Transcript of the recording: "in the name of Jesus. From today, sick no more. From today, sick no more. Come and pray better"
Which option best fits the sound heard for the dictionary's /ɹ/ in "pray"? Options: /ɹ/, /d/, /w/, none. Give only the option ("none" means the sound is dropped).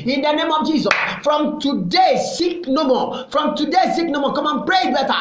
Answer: /ɹ/